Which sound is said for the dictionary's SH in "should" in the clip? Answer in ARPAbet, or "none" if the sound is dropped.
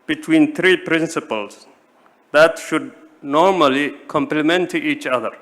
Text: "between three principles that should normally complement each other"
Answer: SH